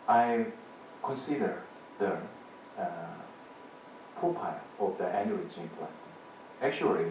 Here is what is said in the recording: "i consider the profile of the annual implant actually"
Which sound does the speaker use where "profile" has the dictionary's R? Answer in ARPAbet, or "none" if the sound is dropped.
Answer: none